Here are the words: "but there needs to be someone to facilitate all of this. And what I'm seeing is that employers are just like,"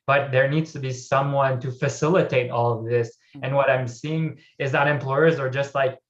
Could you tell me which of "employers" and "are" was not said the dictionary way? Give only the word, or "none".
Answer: none